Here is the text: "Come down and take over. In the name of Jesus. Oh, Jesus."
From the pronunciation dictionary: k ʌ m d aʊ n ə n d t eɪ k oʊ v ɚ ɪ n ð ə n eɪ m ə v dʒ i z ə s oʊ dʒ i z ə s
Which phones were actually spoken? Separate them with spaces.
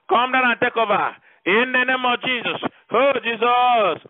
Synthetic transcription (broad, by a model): k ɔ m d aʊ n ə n t eɪ k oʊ b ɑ ɪ n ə n eɪ m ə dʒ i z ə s oʊ dʒ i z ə s